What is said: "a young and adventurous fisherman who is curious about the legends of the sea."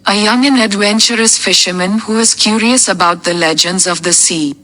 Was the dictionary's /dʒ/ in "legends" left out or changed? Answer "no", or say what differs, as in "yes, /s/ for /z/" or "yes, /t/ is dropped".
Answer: no